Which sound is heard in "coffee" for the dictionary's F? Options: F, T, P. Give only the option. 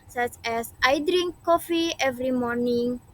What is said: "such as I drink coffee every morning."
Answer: F